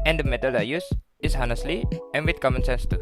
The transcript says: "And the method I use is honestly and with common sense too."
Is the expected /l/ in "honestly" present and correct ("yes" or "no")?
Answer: yes